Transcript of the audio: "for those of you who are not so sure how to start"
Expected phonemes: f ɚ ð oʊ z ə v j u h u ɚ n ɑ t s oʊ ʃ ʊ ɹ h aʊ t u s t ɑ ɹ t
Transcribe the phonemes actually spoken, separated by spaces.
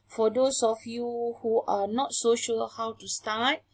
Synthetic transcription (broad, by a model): f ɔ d oʊ s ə f j u h u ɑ n ɑ t s oʊ ʃ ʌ l h aʊ t u s t ɑ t